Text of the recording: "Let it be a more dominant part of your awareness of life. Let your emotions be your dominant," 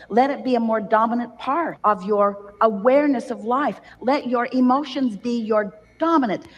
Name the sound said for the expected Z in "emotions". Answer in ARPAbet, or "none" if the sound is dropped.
Z